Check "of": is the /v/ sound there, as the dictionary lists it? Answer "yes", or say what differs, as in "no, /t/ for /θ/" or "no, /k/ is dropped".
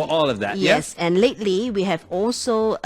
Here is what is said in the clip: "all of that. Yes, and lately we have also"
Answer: yes